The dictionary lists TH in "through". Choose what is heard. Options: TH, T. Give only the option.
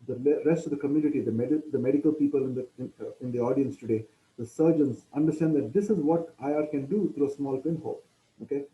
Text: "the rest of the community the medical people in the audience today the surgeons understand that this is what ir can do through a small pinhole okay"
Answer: T